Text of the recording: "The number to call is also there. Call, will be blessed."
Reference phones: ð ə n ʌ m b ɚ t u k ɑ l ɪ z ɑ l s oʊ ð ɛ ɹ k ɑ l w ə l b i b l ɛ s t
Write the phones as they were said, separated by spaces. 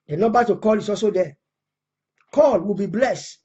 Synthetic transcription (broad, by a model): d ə n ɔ b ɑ t u k ɑ l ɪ s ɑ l s oʊ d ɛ k ɑ l w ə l b i b l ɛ s t